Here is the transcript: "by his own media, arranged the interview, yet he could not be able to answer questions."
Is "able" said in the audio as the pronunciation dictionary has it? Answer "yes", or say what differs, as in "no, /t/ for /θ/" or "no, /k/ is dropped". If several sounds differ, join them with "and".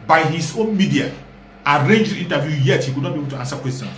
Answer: no, /n/ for /l/